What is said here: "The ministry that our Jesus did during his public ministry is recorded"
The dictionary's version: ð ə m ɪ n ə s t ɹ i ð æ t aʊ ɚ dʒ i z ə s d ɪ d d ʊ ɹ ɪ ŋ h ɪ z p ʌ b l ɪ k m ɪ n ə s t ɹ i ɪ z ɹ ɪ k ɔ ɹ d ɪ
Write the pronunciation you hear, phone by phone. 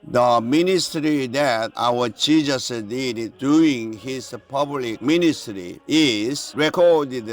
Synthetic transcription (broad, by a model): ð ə m ɪ n ə s t ɹ i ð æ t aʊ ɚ tʃ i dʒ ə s d ɪ d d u ɪ ŋ h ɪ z p ʌ b l ɪ k m ɪ n ə s t ɹ i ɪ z ɹ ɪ k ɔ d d